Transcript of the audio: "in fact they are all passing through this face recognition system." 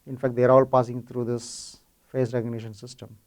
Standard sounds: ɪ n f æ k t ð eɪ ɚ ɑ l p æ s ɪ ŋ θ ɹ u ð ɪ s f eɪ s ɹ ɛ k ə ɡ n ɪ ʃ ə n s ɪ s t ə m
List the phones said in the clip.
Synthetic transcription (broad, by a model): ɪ n f æ k t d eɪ ɚ ɑ l p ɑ s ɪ ŋ t ɹ u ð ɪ s f eɪ s ɹ ɛ k ə ɡ n ɪ ʃ ə n s ɪ s t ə m